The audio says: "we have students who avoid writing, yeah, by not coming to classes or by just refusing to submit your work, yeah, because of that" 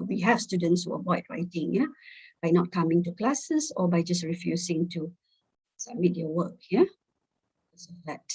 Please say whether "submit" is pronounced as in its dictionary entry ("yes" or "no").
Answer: no